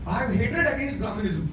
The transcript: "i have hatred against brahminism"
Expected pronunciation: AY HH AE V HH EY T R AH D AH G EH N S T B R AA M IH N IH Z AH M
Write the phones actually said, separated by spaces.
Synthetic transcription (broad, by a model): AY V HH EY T AH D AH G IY S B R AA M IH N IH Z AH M